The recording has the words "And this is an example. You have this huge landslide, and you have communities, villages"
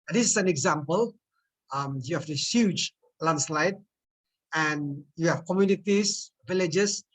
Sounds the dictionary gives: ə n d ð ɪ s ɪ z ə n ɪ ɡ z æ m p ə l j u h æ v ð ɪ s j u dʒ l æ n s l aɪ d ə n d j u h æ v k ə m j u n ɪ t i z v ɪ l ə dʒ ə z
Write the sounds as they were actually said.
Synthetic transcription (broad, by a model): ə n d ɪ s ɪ s ə n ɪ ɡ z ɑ m p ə l j u h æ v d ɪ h j u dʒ l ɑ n s l aɪ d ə n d j u h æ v k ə m j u n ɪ t i s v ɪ l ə dʒ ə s